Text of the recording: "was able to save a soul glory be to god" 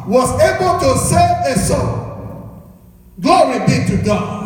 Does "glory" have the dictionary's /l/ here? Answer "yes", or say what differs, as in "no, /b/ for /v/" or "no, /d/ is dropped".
no, /l/ is dropped